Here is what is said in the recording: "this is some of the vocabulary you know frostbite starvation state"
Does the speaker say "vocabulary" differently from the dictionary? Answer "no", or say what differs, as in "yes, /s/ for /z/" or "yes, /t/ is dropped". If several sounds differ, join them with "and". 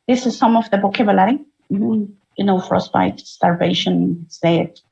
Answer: yes, /b/ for /v/